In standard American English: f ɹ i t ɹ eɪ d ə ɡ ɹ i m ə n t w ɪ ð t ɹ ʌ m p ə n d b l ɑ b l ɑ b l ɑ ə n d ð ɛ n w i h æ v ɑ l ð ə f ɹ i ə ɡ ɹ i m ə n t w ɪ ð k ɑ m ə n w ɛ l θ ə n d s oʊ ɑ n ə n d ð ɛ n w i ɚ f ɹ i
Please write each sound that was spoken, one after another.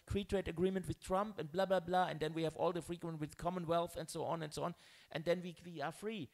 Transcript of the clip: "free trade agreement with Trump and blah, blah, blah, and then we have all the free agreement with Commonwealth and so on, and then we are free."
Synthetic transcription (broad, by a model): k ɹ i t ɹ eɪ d ə ɡ ɹ i m ə n t w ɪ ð t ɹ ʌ m p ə n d b l ɑ b l ɑ b l ɑ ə n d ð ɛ n w i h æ v ɑ l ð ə f ɹ i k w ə n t w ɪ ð k ɑ m ə n w ɛ l θ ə n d s oʊ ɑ n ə n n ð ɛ n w i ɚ f ɹ i